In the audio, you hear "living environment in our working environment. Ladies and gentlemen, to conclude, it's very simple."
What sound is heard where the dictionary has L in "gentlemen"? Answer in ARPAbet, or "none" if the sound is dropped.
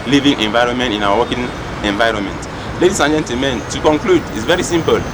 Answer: none